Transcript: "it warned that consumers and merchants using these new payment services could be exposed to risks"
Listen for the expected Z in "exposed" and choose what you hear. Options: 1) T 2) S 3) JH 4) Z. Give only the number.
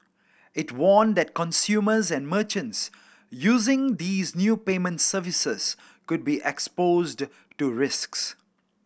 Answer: 4